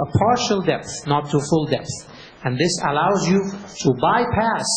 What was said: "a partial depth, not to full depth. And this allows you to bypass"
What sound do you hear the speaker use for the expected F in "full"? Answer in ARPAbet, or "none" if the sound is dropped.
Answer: F